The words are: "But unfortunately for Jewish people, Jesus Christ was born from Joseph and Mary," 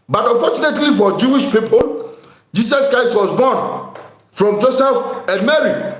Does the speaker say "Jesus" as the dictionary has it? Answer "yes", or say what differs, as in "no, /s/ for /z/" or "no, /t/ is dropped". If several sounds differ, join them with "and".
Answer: no, /s/ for /z/